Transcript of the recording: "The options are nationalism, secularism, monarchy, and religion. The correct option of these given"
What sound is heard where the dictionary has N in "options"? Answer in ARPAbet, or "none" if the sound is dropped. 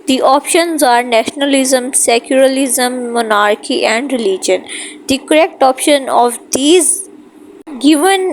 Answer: N